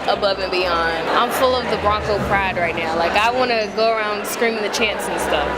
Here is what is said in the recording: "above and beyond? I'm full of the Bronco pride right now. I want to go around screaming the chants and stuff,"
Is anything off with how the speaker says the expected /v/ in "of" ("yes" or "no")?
no